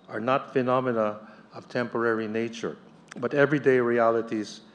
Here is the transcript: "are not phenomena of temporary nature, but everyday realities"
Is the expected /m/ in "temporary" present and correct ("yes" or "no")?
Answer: yes